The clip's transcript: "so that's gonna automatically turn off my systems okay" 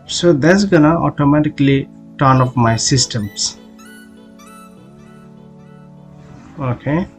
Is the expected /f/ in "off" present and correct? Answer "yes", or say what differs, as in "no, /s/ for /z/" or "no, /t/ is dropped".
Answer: no, /p/ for /f/